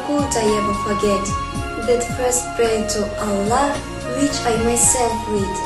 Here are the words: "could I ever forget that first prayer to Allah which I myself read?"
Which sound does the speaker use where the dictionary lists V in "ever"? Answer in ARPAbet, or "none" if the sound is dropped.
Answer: V